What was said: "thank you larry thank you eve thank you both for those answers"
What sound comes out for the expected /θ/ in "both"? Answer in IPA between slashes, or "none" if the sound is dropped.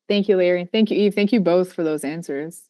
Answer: /θ/